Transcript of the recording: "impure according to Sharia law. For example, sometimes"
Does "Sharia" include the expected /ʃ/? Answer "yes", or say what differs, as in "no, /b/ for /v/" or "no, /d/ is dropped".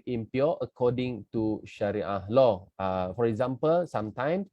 yes